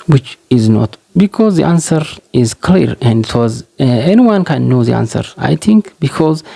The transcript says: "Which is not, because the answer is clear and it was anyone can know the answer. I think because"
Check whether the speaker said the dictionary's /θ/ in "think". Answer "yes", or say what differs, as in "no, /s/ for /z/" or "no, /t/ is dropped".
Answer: no, /t/ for /θ/